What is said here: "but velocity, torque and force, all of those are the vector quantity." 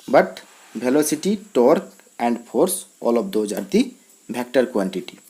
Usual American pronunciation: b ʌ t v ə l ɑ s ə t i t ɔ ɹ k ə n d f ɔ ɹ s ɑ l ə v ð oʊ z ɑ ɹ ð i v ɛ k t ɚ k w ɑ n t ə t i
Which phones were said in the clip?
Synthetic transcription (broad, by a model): b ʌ t b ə l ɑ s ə t i t ɔ ɹ k ə n d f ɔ ɹ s ɑ l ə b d oʊ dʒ ɑ ɹ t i b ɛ k t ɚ k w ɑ n t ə t i